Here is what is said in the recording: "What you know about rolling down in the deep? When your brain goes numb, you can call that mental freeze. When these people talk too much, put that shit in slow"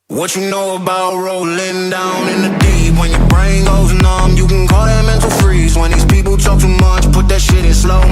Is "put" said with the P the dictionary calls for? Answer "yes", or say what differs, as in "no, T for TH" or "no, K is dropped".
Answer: yes